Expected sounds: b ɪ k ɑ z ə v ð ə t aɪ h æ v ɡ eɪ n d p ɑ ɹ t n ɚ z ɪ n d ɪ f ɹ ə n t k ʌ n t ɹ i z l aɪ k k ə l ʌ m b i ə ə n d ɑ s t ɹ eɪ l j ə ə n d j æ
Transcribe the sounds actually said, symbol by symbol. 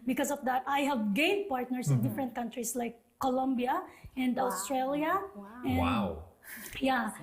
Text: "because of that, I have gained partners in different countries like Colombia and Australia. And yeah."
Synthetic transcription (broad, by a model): b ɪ k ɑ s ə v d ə t aɪ h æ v ɡ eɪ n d p ɑ ɹ t n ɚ s ɪ n d ɪ f ɹ ə n t k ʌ n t ɹ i s l aɪ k k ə l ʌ m b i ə ə n d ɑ s t ɹ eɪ l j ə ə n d j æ